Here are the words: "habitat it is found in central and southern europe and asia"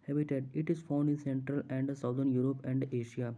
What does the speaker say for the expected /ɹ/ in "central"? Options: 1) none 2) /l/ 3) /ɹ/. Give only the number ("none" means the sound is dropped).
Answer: 3